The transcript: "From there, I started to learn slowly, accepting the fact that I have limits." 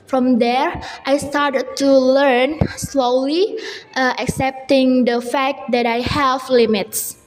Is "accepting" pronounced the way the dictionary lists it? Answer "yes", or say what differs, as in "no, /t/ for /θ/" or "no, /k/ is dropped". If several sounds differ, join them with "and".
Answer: yes